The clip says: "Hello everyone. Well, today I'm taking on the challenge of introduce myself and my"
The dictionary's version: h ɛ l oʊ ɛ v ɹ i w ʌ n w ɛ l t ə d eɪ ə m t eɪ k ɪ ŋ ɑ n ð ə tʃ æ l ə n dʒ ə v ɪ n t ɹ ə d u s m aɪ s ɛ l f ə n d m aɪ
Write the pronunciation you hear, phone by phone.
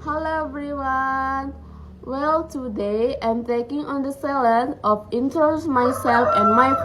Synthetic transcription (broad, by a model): h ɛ l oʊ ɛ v ɹ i w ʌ n w ɛ l t ə d eɪ ə m t eɪ k ɪ ŋ ɑ n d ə s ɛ l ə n ə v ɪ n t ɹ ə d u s m aɪ s ɛ l f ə n m aɪ